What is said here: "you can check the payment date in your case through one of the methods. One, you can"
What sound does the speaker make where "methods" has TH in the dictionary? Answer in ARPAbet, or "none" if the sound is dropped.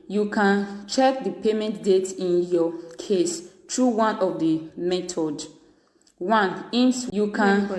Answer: T